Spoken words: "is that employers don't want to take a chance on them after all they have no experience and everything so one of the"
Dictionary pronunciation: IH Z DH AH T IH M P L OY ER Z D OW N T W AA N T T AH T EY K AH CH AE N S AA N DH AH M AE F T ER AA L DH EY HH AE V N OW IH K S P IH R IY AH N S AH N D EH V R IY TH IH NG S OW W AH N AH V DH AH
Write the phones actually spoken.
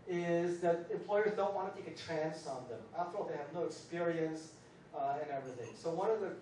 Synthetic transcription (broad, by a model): IH Z DH AH T IH M P L OY ER Z D OW N T W AA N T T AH T EY K AH CH AE N S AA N DH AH M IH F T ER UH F DH EY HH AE V N OW IH K S P IH R IY AH N S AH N EH V R IY TH IH NG S OW W AH N AH V DH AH